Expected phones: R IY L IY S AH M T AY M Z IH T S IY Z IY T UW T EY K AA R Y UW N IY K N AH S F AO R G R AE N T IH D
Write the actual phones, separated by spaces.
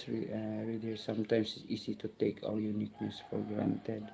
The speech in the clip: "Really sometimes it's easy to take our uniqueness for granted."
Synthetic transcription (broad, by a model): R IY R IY S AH M T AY M S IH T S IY S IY T UW T EY K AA L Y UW N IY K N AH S F AO R G R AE N T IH D